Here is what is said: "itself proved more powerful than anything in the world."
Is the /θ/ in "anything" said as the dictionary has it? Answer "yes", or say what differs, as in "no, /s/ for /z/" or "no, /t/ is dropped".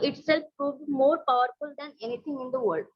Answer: no, /t/ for /θ/